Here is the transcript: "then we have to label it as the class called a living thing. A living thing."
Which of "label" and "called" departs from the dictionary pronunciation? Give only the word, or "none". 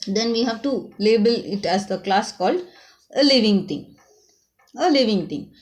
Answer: none